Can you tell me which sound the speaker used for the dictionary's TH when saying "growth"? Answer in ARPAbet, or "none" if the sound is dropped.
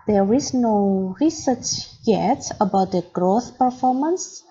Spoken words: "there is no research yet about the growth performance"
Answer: TH